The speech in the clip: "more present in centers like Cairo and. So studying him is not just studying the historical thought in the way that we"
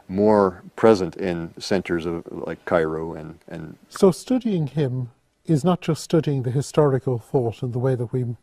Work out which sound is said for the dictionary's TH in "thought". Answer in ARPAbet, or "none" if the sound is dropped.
TH